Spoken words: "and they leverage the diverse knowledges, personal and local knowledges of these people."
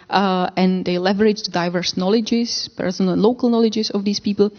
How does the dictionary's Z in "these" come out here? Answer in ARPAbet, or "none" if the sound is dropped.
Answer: S